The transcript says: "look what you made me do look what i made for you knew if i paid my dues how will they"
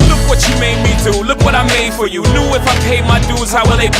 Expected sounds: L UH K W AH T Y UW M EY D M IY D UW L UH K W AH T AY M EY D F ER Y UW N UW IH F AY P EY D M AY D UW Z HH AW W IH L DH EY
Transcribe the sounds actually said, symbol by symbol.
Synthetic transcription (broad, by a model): L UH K W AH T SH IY M EY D M IY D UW L UH K W AH T AY M EY D F ER Y UW L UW IH F AY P EY M AY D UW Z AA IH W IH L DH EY